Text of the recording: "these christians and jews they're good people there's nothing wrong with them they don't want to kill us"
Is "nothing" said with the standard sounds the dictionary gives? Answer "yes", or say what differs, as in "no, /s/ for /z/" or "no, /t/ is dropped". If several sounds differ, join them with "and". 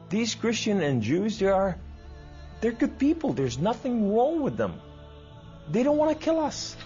yes